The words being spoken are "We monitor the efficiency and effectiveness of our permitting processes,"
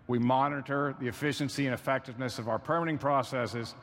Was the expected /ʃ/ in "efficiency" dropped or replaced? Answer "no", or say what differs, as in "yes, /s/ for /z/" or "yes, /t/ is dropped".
no